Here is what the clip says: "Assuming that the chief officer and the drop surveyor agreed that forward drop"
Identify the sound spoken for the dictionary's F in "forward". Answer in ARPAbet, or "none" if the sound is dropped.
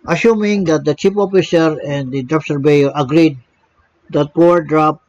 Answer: P